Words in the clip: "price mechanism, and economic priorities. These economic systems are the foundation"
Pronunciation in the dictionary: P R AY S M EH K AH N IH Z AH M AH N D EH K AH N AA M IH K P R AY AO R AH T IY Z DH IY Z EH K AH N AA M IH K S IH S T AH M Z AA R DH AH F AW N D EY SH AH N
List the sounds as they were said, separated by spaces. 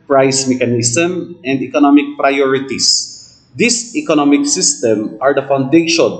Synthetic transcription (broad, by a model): P R AY S M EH K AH N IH S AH M AH N D EH K AH N AA M IH K P R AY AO R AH T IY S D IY S EH K AH N AA M IH K S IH S T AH M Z AA R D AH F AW N D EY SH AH N